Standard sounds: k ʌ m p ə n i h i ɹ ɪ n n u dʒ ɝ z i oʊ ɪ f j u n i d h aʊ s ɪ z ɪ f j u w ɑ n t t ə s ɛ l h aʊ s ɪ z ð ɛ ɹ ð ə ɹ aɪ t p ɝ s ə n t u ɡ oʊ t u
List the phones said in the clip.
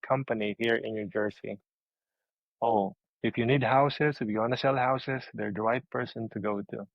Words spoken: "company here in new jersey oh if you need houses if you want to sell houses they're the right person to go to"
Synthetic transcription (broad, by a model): k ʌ m p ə n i h i ɹ ɪ n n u dʒ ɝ s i oʊ ɪ f j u n i d h aʊ s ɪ s ɪ f j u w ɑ n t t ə s ɛ l h aʊ s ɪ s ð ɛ ɹ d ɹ aɪ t p ɝ s ə n t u ɡ oʊ t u